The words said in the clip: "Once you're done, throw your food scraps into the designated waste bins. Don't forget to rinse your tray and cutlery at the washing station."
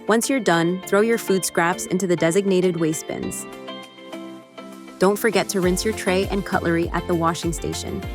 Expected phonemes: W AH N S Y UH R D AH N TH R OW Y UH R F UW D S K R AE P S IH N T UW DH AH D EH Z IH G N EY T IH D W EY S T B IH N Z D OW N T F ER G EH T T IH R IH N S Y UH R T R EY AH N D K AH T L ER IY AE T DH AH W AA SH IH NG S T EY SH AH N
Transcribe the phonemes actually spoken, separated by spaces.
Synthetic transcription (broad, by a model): W AH N S Y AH R D AH N TH R OW Y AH R F UW D S K R AE P S IH N T UW DH AH D EH Z IH G N EY T IH D W EY S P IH N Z D OW N T F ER G EH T T IH R IH N S Y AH R T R EY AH N K AH T L ER IY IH T DH AH W AA SH IH NG S T EY SH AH N